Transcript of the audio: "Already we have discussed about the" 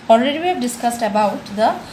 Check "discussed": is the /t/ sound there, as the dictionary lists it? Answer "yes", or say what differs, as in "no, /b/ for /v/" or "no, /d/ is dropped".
yes